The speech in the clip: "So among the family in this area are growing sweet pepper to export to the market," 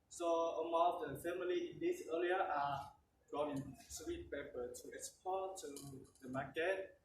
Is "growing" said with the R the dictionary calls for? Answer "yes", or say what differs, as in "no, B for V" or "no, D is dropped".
no, R is dropped